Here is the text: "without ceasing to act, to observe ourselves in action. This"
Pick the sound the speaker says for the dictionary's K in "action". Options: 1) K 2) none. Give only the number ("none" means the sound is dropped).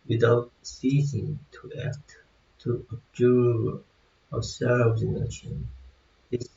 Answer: 2